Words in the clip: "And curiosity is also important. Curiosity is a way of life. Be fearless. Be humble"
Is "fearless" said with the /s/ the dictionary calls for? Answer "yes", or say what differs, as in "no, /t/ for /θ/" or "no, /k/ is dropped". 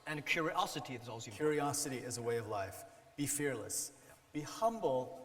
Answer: yes